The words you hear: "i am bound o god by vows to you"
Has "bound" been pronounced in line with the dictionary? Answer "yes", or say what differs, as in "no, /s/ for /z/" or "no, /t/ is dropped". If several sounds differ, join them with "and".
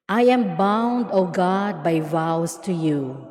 yes